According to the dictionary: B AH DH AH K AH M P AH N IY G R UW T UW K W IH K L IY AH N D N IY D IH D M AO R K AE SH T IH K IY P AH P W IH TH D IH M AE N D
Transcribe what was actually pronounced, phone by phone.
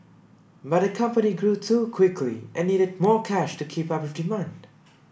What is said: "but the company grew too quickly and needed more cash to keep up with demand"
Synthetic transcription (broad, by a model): B AH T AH K AH M P AH N IY G R UW T UW K W IH K L IY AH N N IY D IH D M AO R K AE SH T IH K IY P AH P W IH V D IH M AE N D